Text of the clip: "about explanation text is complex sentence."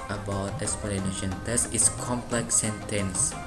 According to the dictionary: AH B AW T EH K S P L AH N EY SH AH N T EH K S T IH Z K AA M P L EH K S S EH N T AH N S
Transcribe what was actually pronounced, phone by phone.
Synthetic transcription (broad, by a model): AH B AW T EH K S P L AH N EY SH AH N T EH S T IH S K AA M P L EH K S S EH N T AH N S